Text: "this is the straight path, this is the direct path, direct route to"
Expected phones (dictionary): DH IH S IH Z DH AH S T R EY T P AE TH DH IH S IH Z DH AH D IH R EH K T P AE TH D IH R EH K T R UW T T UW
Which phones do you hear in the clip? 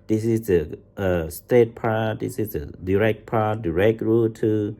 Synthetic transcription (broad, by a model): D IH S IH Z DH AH S T EY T P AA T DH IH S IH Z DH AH D IH R EH K T P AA T D IH R EH K T R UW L T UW